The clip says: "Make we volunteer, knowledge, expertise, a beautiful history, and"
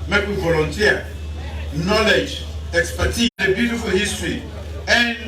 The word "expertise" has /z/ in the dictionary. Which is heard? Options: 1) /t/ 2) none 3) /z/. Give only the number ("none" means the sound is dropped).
2